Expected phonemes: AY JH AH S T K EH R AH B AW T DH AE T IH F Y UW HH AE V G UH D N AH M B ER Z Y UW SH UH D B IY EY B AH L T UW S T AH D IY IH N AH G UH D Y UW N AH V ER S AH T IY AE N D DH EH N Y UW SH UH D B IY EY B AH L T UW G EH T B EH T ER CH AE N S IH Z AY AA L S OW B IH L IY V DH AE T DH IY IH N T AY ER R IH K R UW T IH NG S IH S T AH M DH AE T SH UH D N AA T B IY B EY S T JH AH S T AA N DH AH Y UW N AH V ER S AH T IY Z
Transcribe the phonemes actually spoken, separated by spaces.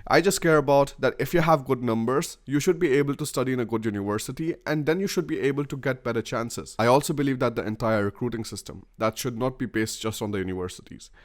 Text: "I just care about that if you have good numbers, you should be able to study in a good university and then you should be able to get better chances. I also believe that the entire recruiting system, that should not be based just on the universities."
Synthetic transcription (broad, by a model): AY JH AH S T K EH R AH B AW T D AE T IH F Y UW HH AE V G UH D N AH M B ER Z Y UW SH UH D B IY EY B AH L T UW S T AH D IY IH N AH G UH D Y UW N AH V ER S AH T IY AE N D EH N Y UW SH UH D B IY EY B AH L T UW G EH T B EH T ER CH AE N S IH Z AY AA L S OW B IH L IY V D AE T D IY IH N T AY ER R IH K R UW T IH NG S IH S T AH M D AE T SH UH D N AA T B IY B EY S T JH AH S T AA N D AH Y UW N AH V ER S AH T IY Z